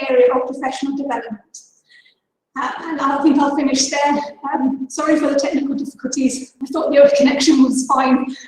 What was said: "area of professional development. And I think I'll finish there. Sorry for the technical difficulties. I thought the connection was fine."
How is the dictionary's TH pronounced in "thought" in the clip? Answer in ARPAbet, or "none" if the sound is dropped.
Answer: TH